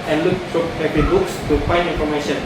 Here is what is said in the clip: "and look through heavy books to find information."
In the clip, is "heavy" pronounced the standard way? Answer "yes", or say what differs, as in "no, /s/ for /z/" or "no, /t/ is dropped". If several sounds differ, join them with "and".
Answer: no, /p/ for /v/